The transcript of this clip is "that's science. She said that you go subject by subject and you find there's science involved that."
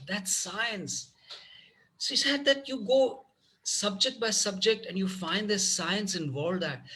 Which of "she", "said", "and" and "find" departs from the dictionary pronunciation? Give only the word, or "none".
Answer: she